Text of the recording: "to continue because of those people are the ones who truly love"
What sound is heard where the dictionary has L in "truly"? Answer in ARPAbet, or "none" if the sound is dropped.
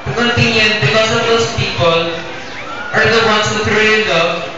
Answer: none